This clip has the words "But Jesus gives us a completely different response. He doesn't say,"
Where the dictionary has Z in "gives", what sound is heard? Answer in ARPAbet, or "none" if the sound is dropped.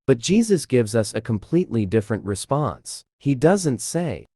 Z